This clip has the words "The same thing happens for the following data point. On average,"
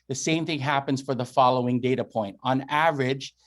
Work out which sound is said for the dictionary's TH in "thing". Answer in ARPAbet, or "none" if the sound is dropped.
TH